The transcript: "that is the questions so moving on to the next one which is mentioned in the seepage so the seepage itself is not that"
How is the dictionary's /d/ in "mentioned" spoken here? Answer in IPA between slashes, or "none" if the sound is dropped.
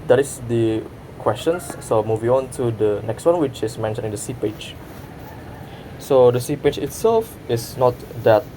none